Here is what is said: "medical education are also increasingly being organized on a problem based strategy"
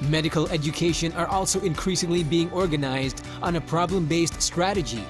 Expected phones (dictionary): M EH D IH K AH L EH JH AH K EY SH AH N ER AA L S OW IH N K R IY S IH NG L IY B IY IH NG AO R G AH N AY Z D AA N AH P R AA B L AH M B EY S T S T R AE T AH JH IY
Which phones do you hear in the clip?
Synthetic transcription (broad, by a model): M EH D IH K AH L EH JH AH K EY SH AH N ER AA L S OW IH N K R IY S IH NG L IY B IY IH NG AO R G AH N AY Z D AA N AH P R AA B L AH M B EY S T S T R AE T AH JH IY